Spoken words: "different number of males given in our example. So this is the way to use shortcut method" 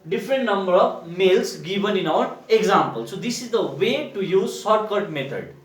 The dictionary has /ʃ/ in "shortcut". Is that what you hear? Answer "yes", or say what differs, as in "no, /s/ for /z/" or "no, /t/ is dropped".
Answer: no, /s/ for /ʃ/